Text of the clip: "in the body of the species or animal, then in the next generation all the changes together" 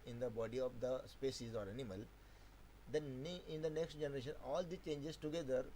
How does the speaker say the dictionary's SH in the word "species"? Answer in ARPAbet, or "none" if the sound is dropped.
S